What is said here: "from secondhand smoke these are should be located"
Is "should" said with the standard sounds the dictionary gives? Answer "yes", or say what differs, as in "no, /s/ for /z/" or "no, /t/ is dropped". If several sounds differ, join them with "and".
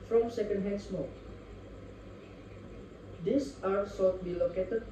no, /s/ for /ʃ/